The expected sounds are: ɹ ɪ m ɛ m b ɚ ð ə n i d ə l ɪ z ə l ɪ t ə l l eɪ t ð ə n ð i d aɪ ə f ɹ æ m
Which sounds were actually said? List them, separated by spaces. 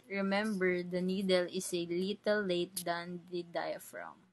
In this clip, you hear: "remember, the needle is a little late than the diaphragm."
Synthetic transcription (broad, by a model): ɹ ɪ m ɛ m b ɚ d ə n i d ə l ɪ s ə l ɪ t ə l l eɪ t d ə n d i d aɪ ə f ɹ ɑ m